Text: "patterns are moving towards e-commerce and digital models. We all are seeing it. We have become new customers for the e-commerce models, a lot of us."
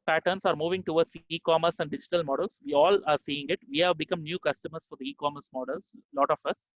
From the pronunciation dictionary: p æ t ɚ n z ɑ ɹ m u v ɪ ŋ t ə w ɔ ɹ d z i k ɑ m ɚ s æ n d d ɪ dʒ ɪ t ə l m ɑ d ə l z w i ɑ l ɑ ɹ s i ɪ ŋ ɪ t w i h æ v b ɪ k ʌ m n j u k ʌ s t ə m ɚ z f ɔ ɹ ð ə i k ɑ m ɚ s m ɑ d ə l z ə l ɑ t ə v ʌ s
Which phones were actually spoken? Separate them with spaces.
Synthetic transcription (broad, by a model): p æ t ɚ n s ɑ ɹ m u v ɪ ŋ t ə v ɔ ɹ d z i k ɑ m ɚ s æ n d d ɪ dʒ ɪ t ə l m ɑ d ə l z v i ɑ l ɑ ɹ s i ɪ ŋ ɪ t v i h æ v b ɪ k ʌ m n j u k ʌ s t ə m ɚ s f ɔ ɹ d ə i k ɑ m ɚ s m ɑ d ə l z l ɑ t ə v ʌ s